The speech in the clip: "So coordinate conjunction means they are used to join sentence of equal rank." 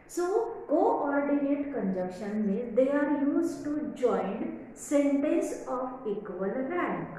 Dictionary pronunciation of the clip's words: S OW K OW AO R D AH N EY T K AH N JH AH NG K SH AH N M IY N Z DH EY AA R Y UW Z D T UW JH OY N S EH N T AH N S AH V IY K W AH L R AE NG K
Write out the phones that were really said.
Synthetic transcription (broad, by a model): S OW K OW AO R D AH N EY T K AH N JH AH K SH AH N M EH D EY AA R Y UW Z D T UW JH OY N S EH N T AH N S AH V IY K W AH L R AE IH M